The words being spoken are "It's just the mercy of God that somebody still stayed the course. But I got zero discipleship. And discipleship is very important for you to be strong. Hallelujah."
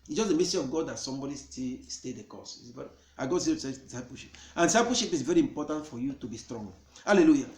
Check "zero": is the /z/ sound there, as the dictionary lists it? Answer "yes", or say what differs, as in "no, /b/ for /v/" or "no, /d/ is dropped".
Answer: no, /s/ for /z/